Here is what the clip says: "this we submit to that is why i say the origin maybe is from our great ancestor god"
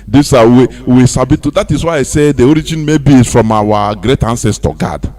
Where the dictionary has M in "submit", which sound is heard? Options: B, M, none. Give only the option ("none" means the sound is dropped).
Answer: none